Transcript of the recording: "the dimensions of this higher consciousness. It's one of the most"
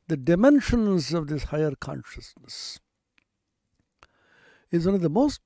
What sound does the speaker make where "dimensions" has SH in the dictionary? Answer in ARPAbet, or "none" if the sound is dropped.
SH